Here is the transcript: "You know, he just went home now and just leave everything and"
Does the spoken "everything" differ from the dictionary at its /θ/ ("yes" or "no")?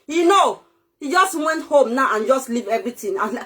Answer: yes